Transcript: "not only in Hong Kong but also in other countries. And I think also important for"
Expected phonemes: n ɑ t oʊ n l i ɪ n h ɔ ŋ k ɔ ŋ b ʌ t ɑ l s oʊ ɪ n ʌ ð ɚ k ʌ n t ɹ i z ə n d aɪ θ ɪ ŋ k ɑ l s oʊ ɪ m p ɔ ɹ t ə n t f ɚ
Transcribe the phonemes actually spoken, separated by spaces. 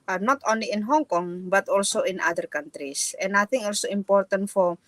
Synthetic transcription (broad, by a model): n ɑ t oʊ n l i ɪ n h ɔ ŋ k ɔ ŋ b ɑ t ɑ l s oʊ ɪ n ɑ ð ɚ k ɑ n t ɹ i s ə n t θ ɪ ŋ ɑ l s oʊ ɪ m p ɔ ɹ t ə n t f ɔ